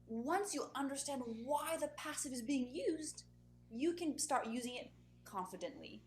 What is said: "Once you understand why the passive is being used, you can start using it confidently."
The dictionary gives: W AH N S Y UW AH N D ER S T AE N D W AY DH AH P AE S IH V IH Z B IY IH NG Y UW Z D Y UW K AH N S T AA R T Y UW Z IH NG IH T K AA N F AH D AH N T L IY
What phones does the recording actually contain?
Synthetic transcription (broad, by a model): W AH N S Y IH AH N D ER S T AE N D W AY DH AH P AE S IH V IH Z B IY IH NG Y UW Z D Y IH K AH N S T AA R T Y UW Z IH NG IH T K AA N F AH D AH N T L IY